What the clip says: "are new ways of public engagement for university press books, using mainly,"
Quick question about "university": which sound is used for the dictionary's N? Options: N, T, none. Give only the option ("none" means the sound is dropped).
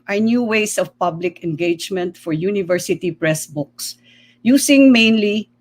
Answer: N